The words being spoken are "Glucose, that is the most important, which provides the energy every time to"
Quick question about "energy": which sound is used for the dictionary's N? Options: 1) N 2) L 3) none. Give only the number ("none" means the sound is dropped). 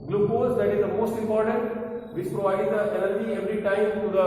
2